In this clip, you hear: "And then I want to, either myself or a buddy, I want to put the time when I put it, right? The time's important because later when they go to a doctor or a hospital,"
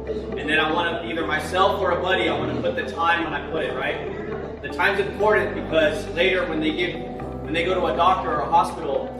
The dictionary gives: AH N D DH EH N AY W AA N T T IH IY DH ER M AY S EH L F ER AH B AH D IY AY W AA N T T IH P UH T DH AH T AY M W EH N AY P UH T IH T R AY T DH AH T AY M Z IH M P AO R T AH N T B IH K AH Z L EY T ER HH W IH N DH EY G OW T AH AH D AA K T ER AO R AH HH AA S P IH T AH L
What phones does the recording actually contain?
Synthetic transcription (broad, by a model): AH N DH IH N AY W AA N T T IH IY DH ER M AY S EH L F ER AH B AH D IY AY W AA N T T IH P UH T DH AH T AY M W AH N AY P UH T IH T R AY T DH AH T AY M Z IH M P AO R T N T B IH K AH Z L EY T ER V W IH N DH EY G OW T AH AH D AA K T ER R AH HH AA S P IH T L